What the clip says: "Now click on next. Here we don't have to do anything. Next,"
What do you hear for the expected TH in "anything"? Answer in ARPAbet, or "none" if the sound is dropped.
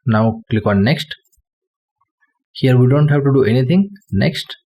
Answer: T